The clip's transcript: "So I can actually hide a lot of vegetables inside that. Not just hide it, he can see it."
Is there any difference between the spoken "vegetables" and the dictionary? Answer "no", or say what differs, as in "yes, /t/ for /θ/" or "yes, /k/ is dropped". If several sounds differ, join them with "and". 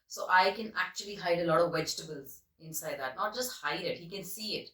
no